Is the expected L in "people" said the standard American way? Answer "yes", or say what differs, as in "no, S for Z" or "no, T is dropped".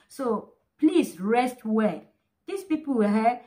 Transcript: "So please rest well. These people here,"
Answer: no, W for L